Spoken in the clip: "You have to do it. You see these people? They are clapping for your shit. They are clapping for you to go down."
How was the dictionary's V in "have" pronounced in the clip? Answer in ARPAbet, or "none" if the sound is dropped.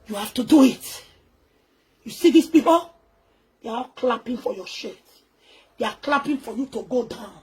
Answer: F